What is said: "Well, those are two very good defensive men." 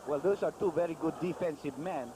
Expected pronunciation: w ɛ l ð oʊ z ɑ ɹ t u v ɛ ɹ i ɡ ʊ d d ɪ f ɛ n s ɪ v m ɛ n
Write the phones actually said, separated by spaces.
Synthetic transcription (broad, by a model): w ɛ l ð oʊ s ɑ ɹ t u v ɛ ɹ i ɡ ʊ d d ɪ f ɛ n s ɪ v m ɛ n